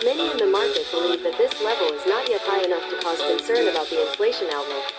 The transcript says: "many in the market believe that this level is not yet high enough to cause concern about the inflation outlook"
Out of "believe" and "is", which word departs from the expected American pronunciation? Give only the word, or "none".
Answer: none